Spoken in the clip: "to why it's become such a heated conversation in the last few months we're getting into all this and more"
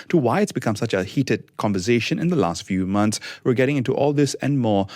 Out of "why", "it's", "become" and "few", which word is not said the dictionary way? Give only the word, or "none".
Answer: none